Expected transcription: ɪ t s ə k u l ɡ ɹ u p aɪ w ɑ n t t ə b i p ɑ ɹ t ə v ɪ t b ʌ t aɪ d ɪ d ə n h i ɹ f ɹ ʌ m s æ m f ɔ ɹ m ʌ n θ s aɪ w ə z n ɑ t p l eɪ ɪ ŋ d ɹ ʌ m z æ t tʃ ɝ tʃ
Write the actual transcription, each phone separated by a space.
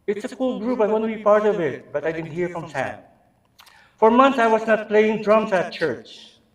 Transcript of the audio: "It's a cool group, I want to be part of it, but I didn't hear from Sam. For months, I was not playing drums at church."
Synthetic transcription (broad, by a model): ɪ t s ə k u l ɡ ɹ u p aɪ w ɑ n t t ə b i p ɑ ɹ t ə v ɪ t b ʌ t aɪ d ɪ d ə n h i ɹ f ɹ ʌ m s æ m f ɔ ɹ m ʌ n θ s aɪ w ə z n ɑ t p l eɪ ɪ ŋ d ɹ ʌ m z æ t tʃ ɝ tʃ